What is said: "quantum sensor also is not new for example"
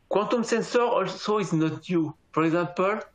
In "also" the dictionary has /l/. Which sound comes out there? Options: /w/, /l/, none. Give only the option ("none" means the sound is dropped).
/l/